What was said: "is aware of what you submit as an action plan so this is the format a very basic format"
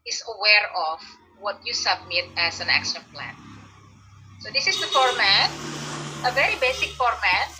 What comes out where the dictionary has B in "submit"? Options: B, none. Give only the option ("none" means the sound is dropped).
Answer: B